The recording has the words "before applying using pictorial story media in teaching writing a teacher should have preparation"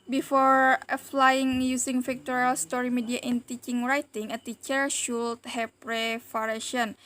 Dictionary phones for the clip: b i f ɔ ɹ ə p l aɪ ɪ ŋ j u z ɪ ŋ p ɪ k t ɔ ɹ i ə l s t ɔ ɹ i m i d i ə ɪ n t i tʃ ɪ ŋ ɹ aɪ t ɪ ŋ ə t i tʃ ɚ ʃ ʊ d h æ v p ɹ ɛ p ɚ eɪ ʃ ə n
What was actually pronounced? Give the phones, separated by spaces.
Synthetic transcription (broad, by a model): b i f ɔ ɹ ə f l aɪ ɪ ŋ j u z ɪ ŋ f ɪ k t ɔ ɹ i l s t ɔ ɹ i m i d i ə ɪ n t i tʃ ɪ ŋ ɹ aɪ t ɪ ŋ ə t i tʃ ɚ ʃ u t h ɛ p ɹ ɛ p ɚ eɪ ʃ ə n